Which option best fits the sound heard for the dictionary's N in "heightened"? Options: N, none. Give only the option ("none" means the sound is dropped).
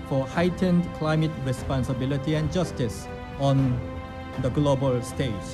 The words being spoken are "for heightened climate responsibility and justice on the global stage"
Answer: N